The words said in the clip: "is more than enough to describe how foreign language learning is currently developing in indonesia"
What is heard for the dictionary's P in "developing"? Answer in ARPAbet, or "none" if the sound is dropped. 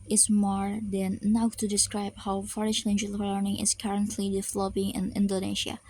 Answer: B